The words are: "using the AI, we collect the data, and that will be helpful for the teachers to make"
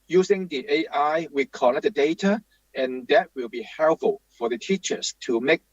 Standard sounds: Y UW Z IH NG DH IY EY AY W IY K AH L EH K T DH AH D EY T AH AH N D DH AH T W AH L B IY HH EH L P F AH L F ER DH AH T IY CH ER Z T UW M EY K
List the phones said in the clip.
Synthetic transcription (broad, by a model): Y UW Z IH NG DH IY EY AY W IY K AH N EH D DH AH D EY T AH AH N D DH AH T W AH L B IY HH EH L F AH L F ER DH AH T IY CH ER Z T UW M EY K